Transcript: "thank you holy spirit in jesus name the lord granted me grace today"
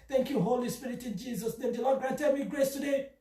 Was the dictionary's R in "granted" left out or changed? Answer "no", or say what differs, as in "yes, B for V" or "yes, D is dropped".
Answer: yes, R is dropped